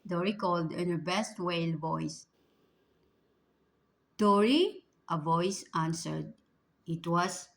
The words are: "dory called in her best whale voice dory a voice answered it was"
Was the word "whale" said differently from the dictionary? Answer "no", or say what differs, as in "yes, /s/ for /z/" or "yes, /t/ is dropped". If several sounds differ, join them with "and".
no